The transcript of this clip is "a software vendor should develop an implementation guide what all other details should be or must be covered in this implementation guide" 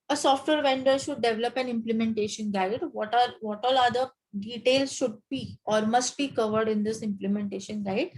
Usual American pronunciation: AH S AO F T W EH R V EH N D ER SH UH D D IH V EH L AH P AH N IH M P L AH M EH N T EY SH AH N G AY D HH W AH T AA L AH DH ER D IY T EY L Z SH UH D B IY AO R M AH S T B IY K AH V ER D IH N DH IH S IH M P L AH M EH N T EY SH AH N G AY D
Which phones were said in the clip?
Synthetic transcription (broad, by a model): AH S AO F T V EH R V EH N D ER SH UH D D IH V EH L AH P AH N IH M P L AH M EH N T EY SH AH N G AY D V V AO T AA L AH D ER D IY T EY L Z SH UH D B IY AO R M AH S T B IY K AH V ER D IH N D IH S IH M P L AH M EH N T EY SH AH N G AY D